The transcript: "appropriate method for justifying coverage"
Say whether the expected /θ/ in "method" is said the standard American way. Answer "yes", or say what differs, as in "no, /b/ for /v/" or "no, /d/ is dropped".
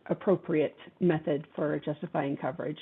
yes